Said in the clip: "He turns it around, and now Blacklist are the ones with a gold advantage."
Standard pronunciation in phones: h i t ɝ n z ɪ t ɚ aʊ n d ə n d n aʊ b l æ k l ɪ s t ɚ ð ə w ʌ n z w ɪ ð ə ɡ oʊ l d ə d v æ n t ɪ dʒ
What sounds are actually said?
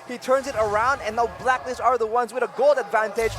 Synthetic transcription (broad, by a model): h i t ɝ n z ɪ t ɚ aʊ n d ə n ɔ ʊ b l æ k n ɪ s ɚ ð ə w ʌ n z w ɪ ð ə ɡ oʊ l d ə d v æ n t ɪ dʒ